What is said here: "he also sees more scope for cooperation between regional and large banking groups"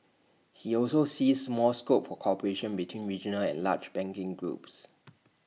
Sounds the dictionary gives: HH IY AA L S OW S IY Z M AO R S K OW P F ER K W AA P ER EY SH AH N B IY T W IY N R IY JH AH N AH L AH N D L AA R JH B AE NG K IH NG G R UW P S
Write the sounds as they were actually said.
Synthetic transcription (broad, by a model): HH IY AA L S OW S IY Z M AO L S K OW P F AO K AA P ER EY SH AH N B IY T W IY N R IY JH AH N AH L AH N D L AA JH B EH NG K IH NG G R UW P S